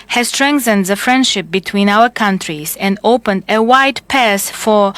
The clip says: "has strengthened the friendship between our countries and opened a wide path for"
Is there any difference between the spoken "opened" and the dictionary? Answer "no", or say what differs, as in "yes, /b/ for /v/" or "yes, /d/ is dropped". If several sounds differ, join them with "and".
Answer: no